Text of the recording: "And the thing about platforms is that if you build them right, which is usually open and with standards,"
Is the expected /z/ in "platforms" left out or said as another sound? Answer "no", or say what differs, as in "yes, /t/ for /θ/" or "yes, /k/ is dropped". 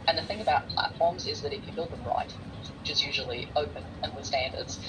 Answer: no